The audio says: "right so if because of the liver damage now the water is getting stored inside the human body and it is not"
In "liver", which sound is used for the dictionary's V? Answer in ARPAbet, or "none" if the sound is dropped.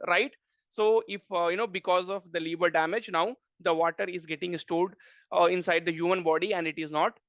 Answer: B